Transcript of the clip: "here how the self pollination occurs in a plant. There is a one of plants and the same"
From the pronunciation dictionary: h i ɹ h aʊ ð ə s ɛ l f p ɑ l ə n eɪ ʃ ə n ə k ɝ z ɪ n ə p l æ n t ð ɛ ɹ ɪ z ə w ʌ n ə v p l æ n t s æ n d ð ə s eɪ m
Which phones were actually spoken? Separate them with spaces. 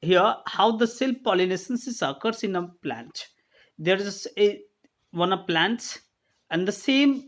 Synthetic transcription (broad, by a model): h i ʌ h aʊ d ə s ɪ l p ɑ l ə n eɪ s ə n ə k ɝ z ɪ n ə p l æ n t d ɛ ɹ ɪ s ə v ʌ n ə v p l æ n t s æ n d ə s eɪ m